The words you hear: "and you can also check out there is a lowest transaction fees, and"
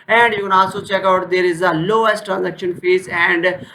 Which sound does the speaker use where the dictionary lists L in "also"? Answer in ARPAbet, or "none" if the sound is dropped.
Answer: none